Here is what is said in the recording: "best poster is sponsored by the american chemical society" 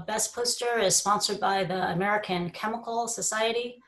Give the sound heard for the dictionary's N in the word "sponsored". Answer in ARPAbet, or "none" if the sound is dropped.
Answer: N